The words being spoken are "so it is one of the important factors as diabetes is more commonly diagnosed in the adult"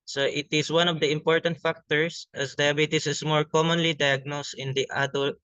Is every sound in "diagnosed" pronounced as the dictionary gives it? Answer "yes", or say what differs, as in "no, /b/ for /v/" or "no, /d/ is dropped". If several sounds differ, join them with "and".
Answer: yes